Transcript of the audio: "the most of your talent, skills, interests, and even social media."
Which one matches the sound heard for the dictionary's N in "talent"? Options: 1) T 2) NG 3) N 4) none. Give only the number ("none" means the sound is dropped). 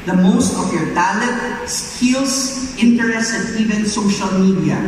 4